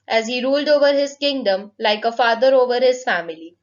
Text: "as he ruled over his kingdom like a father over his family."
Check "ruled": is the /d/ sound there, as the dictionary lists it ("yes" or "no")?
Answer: yes